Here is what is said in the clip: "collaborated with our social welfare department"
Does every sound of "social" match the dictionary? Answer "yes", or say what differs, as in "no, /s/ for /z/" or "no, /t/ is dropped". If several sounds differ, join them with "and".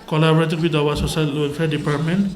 no, /s/ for /ʃ/